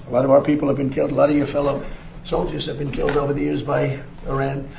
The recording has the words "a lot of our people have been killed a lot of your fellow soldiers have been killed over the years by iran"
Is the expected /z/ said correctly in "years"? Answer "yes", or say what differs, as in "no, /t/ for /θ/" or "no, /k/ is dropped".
yes